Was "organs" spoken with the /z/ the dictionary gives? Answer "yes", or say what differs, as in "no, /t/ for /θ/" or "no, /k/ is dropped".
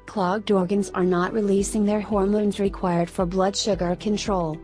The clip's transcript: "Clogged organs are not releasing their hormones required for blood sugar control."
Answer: yes